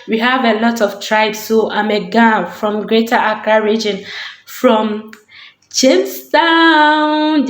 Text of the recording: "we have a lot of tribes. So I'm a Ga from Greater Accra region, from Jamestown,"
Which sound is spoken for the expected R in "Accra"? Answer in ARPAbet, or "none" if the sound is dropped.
none